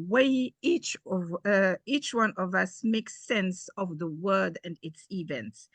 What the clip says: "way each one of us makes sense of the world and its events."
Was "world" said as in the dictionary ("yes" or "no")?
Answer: no